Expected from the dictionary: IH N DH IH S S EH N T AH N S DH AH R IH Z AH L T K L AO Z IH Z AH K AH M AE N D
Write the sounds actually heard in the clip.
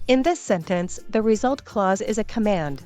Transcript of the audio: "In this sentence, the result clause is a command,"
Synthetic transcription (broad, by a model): IH N DH IH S S EH N T AH N S DH AH R IH Z AH L T K L AO Z IH Z AH K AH M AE N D